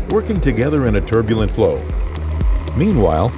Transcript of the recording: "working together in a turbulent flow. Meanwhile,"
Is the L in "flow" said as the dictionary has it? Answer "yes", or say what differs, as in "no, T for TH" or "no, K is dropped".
yes